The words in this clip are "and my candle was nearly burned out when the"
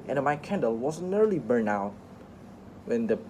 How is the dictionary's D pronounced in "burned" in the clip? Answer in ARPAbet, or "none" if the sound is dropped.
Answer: none